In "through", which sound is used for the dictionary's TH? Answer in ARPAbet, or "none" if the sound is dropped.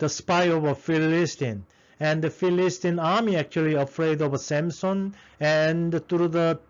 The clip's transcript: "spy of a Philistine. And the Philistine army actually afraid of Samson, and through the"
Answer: T